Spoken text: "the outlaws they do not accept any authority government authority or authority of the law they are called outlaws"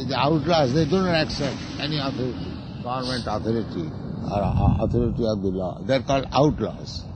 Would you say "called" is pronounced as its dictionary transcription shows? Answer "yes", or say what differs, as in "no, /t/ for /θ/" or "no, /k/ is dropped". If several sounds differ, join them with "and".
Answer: yes